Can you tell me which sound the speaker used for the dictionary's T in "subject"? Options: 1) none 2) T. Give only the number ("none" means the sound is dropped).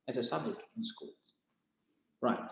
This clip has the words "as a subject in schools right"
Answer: 1